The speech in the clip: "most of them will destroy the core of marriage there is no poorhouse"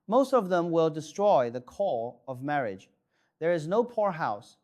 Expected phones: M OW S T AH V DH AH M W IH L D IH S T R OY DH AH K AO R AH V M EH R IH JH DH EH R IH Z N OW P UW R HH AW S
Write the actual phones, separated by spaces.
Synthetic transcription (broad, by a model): M OW S T AH V DH AH M W IH L D IH S T R OY DH AH K AO L AH V M EH R IH JH DH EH R IH Z N OW P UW R HH AW S